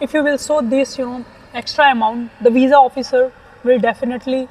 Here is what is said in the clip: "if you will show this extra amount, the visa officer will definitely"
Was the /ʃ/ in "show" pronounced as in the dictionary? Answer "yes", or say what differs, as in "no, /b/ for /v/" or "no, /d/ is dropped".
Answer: no, /s/ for /ʃ/